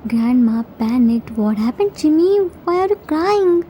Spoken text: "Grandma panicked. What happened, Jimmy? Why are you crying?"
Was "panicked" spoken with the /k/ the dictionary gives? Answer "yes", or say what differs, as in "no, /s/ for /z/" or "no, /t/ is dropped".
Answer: no, /k/ is dropped